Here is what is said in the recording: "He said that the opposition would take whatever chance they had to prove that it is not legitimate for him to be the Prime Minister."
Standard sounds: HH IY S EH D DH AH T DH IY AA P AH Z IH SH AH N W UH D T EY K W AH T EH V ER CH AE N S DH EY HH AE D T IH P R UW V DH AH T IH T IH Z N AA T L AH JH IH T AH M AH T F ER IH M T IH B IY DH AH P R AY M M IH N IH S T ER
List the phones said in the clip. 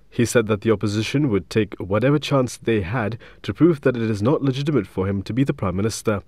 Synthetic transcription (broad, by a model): HH IY S EH D DH AH T DH IY AA P AH Z IH SH AH N W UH D T EY K W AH T EH V ER CH AE N S DH EY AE D T IH P R UW V DH AH T IH T IH Z N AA T L AH JH IH T AH M AH T F ER IH M T IH B IY DH AH P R AY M M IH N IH S T ER